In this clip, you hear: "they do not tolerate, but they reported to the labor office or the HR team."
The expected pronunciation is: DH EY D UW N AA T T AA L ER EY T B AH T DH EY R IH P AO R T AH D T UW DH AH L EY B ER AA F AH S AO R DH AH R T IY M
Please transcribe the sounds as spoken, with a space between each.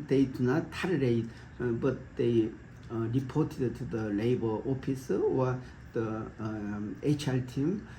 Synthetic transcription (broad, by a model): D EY D UW N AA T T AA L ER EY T B AH T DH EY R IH P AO T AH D T UW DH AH L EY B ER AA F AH S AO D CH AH L T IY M